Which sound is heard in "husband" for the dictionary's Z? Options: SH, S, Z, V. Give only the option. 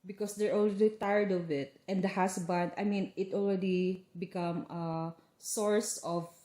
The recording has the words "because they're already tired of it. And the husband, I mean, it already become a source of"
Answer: S